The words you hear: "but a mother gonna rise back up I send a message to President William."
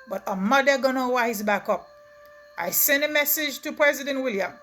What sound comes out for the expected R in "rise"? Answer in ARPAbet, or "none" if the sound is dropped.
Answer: W